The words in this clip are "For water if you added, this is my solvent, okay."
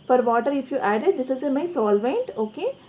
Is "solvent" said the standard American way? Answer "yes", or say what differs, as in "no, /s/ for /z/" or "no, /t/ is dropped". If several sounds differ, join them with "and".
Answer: yes